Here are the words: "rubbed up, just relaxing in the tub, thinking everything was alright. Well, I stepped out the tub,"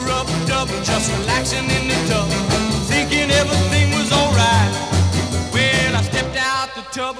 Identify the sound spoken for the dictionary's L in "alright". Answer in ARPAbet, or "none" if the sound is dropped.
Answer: L